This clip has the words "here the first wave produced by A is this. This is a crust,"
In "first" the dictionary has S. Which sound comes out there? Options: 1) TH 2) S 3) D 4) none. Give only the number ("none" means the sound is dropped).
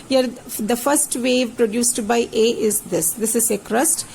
2